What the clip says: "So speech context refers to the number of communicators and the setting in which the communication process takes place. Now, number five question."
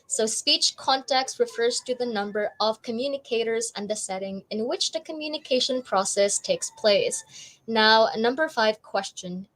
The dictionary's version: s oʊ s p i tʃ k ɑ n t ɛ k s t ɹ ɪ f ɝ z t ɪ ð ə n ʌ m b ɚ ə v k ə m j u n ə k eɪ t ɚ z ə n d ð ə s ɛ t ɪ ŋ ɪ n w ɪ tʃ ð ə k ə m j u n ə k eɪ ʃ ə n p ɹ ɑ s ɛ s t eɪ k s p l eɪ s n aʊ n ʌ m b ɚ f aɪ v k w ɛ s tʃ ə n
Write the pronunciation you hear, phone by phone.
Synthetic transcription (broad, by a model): s oʊ s p i tʃ k ɑ n t ɛ k s t ɹ ɪ f ɝ z t ɪ ð ə n ʌ m b ɚ ə v k ə m j u n ə k eɪ t ɚ z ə n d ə s ɛ t ɪ ŋ ɪ n w ɪ tʃ ð ə k ə m j u n ə k eɪ ʃ ə n p ɹ ɑ s ɛ s t eɪ k s p l eɪ s n aʊ n ʌ m b ɚ f aɪ v k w ɛ s tʃ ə n